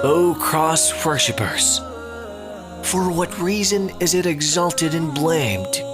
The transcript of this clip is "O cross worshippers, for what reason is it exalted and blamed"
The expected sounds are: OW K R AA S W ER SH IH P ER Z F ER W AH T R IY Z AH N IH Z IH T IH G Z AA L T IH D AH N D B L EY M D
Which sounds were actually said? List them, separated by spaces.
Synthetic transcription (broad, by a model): OW K R AA S W ER SH IH P ER Z F ER W AH T R IY Z AH N IH Z IH T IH G Z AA L T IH D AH N B L EY M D